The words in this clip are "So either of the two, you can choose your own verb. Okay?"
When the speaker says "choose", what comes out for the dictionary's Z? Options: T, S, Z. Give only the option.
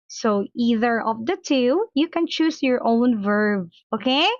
S